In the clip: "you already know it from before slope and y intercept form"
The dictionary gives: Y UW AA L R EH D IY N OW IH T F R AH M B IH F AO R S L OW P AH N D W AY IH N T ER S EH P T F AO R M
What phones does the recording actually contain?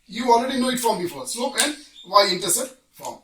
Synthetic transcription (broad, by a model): Y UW AA L R EH D IY N OW IH T F R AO M B IH F AO R S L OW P AH N D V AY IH N T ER S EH T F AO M